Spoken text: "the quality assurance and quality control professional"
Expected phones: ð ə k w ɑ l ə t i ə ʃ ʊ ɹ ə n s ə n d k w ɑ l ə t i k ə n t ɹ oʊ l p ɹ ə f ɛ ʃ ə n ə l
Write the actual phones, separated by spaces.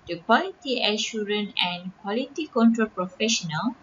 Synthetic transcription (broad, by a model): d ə k w ɑ l ə t i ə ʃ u ɹ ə n ə n k w ɑ l ə t i k ə n t ɹ oʊ l p ɹ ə f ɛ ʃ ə n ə l